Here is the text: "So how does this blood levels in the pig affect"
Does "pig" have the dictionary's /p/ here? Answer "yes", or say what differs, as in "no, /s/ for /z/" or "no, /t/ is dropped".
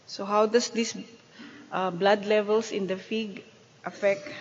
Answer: no, /f/ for /p/